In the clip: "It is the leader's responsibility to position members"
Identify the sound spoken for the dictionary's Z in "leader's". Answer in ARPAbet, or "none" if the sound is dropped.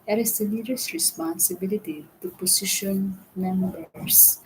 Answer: S